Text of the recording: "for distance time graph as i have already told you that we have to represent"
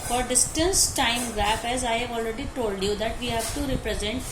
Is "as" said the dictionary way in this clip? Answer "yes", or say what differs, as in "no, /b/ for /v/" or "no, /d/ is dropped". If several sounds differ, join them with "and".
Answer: yes